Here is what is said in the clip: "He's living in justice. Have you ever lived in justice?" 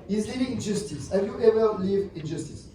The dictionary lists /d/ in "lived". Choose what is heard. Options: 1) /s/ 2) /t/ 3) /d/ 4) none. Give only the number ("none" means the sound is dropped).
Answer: 4